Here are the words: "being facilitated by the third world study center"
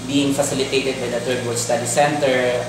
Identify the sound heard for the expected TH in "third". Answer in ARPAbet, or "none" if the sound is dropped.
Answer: T